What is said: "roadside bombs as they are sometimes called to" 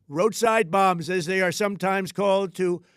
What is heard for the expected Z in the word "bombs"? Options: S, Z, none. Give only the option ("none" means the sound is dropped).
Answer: Z